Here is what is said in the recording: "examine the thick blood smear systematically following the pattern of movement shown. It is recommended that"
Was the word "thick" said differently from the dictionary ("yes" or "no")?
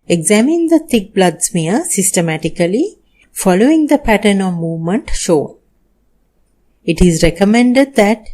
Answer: yes